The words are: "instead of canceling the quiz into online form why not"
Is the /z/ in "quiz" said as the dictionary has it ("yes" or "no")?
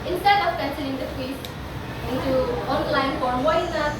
no